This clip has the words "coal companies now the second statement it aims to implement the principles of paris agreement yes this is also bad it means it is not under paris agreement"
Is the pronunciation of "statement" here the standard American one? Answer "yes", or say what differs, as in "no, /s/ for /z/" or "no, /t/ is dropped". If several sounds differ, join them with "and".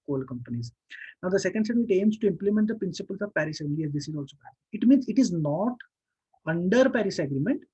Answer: no, /n/ is dropped